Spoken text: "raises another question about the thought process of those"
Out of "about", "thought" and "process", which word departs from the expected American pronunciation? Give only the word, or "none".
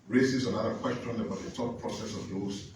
thought